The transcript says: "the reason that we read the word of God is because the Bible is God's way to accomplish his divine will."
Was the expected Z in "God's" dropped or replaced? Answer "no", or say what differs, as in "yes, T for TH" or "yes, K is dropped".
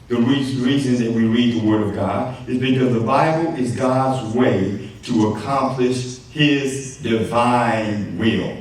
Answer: no